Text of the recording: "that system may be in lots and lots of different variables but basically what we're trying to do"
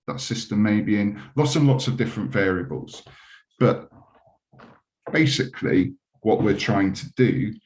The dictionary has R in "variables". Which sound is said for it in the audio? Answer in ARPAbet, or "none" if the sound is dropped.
R